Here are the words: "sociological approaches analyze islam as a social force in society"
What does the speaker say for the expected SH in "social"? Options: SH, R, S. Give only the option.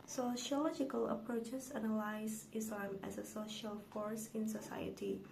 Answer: SH